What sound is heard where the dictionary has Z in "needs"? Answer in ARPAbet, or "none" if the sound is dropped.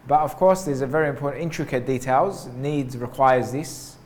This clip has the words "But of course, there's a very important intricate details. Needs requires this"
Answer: Z